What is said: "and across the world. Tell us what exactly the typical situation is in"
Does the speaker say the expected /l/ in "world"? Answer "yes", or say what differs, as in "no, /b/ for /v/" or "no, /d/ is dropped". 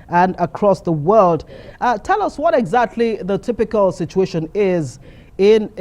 yes